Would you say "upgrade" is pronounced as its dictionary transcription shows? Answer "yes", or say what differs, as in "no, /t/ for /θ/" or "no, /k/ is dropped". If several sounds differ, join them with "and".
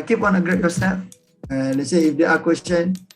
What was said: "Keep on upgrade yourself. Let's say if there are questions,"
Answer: no, /p/ is dropped